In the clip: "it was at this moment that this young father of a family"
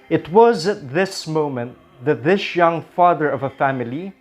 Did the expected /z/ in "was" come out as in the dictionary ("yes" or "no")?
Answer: yes